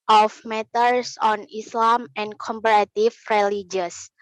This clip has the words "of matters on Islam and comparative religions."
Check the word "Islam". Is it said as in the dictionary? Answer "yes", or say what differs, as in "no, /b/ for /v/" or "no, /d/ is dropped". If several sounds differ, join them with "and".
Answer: yes